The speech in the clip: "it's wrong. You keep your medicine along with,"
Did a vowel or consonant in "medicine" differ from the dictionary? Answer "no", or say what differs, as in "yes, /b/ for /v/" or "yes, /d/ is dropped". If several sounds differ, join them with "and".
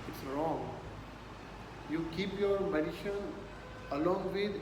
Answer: yes, /ʃ/ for /s/